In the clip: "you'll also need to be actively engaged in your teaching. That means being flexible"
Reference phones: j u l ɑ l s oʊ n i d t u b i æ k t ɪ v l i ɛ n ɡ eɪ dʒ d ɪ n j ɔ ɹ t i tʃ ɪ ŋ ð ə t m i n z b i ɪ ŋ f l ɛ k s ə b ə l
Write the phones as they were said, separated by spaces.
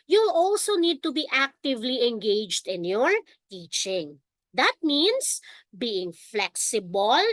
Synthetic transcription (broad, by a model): j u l ɑ l s oʊ n i d t u b i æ k t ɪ v l i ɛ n ɡ eɪ dʒ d ɪ n j ɔ ɹ t i tʃ ɪ ŋ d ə t m i n s b i ɪ ŋ f l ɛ k s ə b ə l